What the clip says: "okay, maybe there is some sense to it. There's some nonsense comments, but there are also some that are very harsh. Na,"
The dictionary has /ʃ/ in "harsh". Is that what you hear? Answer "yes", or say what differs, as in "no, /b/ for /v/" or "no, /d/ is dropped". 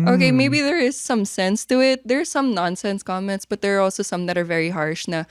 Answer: yes